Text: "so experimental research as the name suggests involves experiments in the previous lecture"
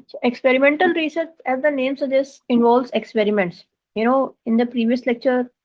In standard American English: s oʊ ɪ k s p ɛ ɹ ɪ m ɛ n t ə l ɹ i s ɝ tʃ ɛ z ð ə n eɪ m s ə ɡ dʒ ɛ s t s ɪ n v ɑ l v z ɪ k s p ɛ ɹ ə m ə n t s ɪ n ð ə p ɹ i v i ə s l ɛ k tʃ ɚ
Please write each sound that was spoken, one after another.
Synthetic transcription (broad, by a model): ɪ k s p ɛ ɹ ɪ m ɛ n t ə l ɹ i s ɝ s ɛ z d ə n eɪ m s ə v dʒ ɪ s s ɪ n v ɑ l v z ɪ k s p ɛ ɹ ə m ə n t s ɪ n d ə p ɹ i v i ə s l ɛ k tʃ ɚ